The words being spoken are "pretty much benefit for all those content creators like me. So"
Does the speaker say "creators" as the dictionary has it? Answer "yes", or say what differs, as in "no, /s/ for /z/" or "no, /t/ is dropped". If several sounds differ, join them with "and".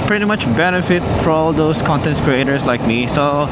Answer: no, /s/ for /z/